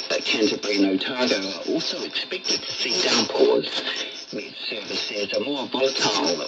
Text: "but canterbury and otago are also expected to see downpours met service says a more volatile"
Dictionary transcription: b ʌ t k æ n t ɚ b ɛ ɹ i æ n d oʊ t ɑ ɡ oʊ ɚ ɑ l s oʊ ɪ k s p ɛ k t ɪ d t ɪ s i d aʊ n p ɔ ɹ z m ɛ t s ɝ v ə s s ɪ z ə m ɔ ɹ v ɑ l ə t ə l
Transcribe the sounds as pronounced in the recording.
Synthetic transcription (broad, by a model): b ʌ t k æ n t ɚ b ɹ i n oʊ t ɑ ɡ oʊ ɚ ɑ l s oʊ ɪ k s p ɛ k t ɪ d s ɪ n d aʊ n p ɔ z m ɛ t s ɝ v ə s s ɪ z ə m ɔ ɹ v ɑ l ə t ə l